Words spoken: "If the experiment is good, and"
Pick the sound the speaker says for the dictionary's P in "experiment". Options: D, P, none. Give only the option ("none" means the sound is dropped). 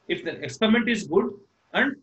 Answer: P